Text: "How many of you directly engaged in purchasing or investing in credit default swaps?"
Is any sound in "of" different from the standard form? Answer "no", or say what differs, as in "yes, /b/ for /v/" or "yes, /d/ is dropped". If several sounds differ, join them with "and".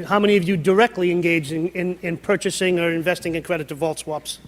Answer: no